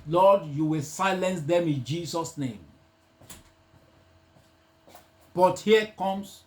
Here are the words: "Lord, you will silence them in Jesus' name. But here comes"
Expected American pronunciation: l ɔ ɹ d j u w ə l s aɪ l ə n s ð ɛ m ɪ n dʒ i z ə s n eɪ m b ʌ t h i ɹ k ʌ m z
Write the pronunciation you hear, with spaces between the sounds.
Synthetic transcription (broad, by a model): l ɔ d j u w ə l s aɪ l ə n s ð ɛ m ɪ n dʒ i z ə s n eɪ m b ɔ t h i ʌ k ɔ m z